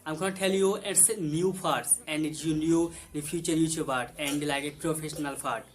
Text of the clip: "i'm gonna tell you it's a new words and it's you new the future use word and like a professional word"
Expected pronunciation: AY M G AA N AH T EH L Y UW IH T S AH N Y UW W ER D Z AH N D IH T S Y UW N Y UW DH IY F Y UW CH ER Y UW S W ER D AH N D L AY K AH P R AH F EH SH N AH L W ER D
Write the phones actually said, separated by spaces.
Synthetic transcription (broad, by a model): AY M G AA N T EH L Y UW IH T S N Y UW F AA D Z AH N D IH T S Y UW N Y UW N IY F Y UW CH ER Y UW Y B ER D AH N D L AY K AH P R AH F EH SH N AH L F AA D